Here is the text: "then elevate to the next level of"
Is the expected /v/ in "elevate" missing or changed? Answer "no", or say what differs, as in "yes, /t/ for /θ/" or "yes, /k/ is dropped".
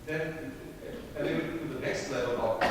yes, /w/ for /v/